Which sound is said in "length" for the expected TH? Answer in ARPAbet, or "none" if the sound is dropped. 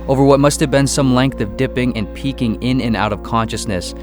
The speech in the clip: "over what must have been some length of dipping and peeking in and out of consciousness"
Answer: TH